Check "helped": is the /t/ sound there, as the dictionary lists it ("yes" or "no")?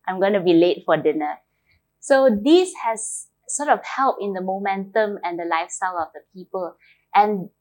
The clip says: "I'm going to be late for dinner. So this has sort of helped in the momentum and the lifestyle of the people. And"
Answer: no